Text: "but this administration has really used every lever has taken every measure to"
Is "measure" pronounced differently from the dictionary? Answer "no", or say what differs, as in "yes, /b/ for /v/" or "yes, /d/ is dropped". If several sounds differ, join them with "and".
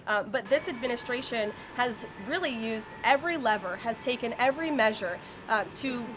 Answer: no